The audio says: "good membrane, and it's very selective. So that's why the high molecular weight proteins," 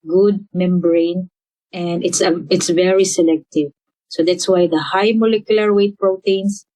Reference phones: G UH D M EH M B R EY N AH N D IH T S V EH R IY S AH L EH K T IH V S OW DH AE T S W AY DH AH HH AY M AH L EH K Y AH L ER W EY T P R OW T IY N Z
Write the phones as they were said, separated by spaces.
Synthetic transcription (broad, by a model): G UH D M EH M B R EY N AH N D IH T S V EH R IY S AH L EH K T IH V S OW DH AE T S W AY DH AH HH AY M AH L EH K Y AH L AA W EY T P R OW T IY N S